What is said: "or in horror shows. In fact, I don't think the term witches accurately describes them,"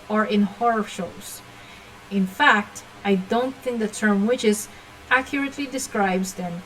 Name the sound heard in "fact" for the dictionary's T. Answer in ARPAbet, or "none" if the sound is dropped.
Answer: T